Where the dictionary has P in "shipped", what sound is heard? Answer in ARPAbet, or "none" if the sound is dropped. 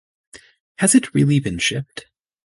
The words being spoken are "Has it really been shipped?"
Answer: P